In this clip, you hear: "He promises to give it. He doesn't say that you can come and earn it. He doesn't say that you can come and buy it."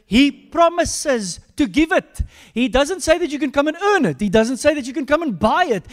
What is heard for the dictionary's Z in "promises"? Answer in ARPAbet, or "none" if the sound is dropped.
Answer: Z